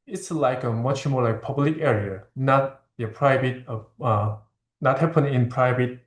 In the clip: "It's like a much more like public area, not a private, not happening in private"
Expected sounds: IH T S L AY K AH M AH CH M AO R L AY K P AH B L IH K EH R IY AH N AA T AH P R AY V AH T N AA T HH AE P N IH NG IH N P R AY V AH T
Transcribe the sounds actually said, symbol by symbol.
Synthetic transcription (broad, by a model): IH T S L AY K AH M AH CH M AO R L AY K P AH B L IH K EH R IY AH N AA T AH P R AY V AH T N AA T HH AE P IH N IH N P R AY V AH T